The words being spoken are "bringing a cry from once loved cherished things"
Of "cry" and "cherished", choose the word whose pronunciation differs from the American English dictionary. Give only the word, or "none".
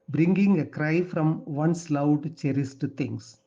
cherished